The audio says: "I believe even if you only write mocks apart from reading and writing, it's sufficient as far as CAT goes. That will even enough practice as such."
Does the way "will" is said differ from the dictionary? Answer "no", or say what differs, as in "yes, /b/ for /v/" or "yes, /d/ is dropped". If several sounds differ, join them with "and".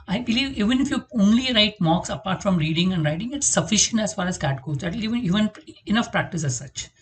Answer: yes, /n/ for /l/